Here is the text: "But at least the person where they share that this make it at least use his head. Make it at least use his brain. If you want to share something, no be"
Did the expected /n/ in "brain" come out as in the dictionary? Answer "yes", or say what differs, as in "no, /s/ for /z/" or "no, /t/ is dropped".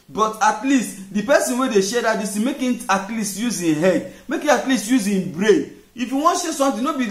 no, /n/ is dropped